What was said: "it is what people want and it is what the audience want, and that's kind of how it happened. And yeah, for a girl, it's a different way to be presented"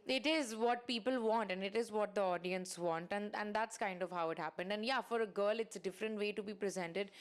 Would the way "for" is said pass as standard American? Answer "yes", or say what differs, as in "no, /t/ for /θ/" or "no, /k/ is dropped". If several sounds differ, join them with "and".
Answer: yes